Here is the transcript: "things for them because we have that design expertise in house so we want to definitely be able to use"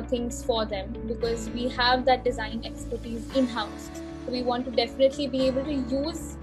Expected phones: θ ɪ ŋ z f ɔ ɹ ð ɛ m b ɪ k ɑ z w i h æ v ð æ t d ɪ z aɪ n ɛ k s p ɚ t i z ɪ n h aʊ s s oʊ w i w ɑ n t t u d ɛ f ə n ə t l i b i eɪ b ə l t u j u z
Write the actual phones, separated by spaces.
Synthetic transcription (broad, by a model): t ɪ ŋ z f ɔ ɹ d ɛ m b ɪ k ɑ z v i h æ v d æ t d ɪ z aɪ n ɛ k s p ɚ t i z ɪ n h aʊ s s oʊ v i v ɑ n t t u d ɛ f ə n ə t l i b i eɪ b ə l t u j u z